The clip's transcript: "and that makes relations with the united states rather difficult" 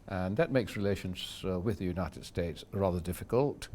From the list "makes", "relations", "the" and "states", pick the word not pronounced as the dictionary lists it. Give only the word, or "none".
none